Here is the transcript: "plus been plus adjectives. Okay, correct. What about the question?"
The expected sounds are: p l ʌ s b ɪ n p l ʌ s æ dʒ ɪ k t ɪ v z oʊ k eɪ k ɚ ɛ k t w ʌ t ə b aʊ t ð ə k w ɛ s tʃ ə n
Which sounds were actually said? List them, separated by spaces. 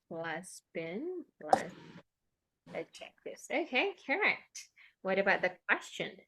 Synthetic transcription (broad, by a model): l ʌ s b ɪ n l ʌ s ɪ tʃ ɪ k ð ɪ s oʊ k eɪ k ɚ ɛ k t w ʌ t ə b aʊ t ð ə k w ɛ s tʃ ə n